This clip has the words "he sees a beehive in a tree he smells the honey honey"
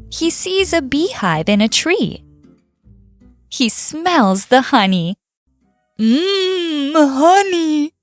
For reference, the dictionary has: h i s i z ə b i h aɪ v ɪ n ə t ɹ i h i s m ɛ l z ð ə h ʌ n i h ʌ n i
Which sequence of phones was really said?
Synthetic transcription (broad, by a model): h i s i z ə b i h aɪ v ɪ n ə t ɹ i h i s m ɛ l z ð ə h ʌ n i h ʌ n i